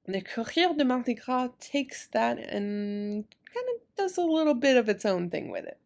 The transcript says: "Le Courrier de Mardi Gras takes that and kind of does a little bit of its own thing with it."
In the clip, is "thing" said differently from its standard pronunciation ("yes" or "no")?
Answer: no